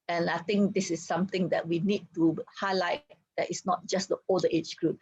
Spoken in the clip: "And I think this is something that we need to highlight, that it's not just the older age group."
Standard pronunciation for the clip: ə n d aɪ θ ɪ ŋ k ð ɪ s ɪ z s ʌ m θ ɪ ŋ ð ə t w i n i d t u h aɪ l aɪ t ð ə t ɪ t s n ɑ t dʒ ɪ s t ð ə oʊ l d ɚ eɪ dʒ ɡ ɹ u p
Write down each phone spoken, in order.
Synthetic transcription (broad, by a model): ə n aɪ t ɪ ŋ k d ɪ s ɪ s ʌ m t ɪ ŋ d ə t w i n i d t u h aɪ l aɪ t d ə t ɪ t s n ɑ t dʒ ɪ s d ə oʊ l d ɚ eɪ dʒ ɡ ɹ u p